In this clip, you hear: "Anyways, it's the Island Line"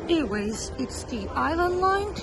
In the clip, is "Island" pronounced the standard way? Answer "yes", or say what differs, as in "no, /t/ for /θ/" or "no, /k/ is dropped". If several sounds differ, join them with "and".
yes